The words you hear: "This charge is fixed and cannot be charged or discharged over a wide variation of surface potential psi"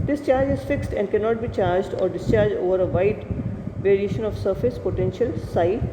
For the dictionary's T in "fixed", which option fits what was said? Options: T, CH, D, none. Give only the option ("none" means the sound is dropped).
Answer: T